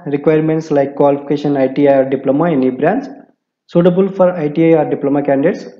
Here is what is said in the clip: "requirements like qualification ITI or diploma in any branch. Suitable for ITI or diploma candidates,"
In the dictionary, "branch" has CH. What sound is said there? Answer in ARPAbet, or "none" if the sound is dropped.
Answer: S